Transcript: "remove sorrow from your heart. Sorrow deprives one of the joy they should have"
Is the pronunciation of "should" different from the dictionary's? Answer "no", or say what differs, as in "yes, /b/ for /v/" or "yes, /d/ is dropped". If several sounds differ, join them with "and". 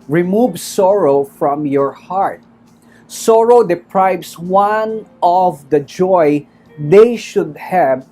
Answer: no